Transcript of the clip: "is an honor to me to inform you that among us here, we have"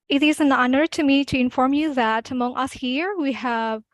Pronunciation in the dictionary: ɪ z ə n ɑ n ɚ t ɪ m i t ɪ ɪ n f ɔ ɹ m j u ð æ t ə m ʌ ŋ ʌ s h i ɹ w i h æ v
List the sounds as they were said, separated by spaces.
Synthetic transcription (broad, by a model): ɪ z ə n ɑ n ɚ t ɪ m i t ɪ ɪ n f ɔ ɹ m j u ð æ t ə m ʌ ŋ ʌ s h i ɹ w i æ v